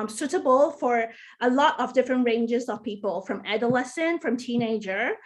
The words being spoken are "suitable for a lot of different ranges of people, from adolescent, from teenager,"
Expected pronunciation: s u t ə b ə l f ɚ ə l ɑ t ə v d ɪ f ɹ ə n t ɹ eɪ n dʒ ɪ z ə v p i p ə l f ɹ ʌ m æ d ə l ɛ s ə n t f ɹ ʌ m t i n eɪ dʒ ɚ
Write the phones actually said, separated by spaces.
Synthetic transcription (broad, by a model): s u t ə b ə l f ɚ ə l ɑ t ə v d ɪ f ɹ ə n t ɹ eɪ n dʒ ɪ z ə v p i p ə l f ɹ ʌ m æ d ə l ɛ s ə n f ɹ ʌ m t i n eɪ dʒ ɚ